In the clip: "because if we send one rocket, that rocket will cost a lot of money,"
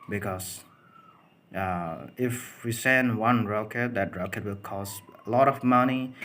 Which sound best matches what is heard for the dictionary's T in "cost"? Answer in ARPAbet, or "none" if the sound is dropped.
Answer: none